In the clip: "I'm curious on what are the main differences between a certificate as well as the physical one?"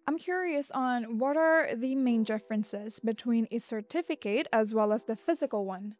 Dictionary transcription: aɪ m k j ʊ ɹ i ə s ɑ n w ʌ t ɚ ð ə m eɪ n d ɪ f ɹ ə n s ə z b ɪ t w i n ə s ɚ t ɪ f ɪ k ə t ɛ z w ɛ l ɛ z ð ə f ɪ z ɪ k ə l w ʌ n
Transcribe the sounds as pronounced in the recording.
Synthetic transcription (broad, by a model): aɪ m k j ʊ ɹ i ə s n w ʌ t ɚ ð ə m eɪ n d ɪ f ɹ ə n s ə z b ɪ t w i n ə s ɚ t ɪ f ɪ k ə t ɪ z w ɛ l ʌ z ð ə f ɪ z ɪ k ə l w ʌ n